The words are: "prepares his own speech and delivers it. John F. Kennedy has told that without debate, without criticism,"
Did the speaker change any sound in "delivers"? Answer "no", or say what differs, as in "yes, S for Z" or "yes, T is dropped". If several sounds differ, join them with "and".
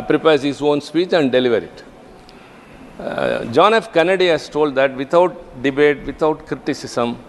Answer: yes, Z is dropped